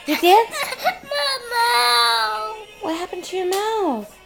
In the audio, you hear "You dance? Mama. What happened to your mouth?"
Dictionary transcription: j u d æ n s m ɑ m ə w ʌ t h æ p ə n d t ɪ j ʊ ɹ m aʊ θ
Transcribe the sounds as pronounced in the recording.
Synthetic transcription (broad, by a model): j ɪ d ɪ s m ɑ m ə w ʌ t h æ p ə n t ɪ j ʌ ɹ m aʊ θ